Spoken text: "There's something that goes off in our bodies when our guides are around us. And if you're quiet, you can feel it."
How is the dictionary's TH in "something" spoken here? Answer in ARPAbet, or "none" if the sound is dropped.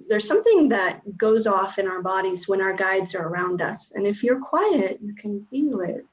TH